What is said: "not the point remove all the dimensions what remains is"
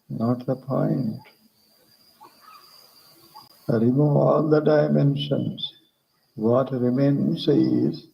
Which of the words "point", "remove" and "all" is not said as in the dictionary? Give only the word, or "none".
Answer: remove